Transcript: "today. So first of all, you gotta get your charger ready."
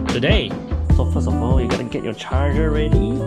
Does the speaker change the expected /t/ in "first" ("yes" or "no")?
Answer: yes